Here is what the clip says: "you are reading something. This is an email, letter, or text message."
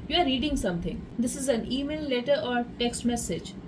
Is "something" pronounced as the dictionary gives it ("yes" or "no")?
no